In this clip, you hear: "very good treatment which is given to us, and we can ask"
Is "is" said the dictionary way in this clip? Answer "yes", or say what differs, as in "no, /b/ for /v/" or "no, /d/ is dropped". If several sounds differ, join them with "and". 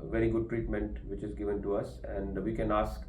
yes